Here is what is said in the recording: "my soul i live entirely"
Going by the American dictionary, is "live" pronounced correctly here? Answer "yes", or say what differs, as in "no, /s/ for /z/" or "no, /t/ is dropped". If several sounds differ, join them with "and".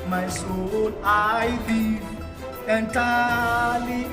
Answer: no, /v/ is dropped